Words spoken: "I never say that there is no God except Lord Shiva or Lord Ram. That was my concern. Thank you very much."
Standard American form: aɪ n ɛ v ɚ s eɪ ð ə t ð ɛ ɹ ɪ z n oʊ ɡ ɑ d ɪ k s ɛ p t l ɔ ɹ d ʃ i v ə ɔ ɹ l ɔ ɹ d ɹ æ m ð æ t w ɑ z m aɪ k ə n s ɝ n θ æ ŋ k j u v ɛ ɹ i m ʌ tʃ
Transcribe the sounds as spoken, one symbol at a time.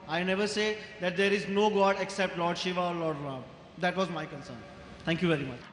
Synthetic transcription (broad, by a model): aɪ n ɛ v ɚ s eɪ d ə t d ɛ ɹ ɪ z n oʊ ɡ ɑ d ɪ k s ɛ p t l ɔ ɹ d ʃ i v ə ɔ ɹ l ɔ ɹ d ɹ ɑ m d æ t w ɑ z m aɪ k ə n s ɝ n t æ ŋ k j u v ɛ ɹ i m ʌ tʃ